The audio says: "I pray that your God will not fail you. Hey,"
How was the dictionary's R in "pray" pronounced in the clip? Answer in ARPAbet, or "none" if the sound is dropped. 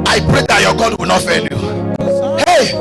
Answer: R